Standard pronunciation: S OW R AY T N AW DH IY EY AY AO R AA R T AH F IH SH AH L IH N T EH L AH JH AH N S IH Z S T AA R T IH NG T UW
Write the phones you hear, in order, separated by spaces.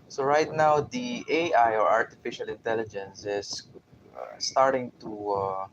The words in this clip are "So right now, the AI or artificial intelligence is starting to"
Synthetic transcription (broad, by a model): S OW R AY T N AW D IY EY AY AO R AA R T AH F IH SH AH L IH N T EH L AH JH AH N S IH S S T AA R T IH NG T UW